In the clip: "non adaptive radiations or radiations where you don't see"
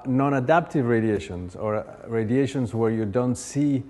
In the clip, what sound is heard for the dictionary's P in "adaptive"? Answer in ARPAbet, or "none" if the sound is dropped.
P